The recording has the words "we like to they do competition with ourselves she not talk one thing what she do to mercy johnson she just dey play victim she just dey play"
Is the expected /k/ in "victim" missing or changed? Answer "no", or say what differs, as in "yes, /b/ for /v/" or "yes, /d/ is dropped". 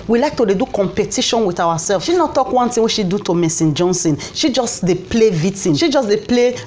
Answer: yes, /k/ is dropped